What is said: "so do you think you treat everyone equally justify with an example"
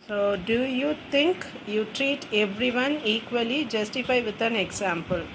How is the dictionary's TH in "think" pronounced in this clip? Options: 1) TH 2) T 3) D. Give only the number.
2